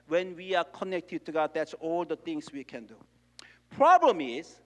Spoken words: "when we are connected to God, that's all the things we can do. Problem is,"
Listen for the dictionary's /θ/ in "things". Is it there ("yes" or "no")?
no